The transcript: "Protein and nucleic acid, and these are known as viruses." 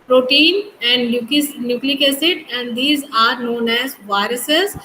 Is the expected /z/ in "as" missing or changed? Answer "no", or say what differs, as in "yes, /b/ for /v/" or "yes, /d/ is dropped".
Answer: no